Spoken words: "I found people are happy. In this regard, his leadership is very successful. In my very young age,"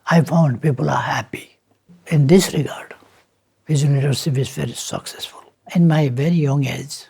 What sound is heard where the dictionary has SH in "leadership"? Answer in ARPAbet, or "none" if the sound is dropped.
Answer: S